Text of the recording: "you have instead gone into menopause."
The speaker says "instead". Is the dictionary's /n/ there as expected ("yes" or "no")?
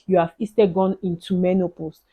no